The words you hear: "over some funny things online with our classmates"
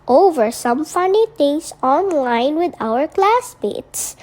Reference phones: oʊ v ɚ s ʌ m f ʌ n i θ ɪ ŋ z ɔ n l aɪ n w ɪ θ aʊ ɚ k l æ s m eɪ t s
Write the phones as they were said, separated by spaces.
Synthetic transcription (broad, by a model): oʊ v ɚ s ʌ m f ʌ n i t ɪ ŋ s ɔ n l aɪ n w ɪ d aʊ ɚ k l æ s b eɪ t s